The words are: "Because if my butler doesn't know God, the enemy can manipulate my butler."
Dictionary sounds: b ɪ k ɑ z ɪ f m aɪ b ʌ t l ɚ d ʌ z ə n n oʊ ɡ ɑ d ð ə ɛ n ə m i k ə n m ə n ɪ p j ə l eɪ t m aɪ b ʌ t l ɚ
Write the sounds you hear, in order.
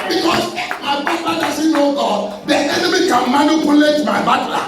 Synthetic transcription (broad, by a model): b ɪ k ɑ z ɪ m aɪ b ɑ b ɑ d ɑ s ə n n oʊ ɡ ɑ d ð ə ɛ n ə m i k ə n m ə n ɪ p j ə l eɪ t m aɪ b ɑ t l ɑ